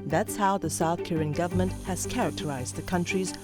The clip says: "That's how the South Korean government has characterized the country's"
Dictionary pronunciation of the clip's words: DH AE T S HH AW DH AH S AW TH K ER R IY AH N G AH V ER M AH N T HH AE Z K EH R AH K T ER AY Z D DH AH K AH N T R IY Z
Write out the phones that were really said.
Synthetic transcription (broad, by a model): DH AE T S HH AW DH AH S AW TH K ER R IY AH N G AH V ER M AH N T HH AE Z K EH R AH K T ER AY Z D DH AH K AH N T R IY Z